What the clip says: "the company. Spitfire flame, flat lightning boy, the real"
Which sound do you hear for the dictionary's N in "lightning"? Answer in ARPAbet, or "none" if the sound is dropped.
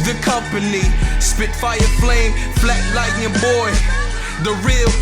none